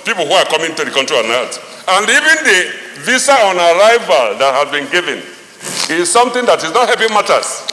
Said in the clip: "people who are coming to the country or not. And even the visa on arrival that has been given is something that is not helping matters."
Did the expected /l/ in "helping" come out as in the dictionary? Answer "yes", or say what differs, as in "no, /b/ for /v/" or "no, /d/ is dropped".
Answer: no, /l/ is dropped